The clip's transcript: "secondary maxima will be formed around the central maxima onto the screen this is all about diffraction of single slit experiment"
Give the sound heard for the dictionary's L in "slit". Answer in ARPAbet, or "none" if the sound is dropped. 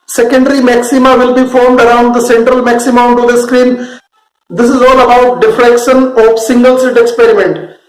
none